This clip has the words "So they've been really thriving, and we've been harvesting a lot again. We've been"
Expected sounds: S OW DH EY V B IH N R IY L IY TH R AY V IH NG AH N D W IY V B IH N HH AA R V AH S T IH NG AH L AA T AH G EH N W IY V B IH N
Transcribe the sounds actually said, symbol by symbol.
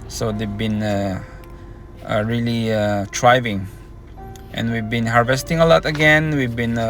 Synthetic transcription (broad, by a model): S OW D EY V B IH N R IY L IY T R AY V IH NG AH N W IY V B IH N HH AA R V AH S T IH NG AH L AA T AH G EH N W IY V B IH N